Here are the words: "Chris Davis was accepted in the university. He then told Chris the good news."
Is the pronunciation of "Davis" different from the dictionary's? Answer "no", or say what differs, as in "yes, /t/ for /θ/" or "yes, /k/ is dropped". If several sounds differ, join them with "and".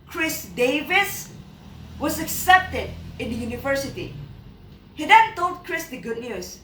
no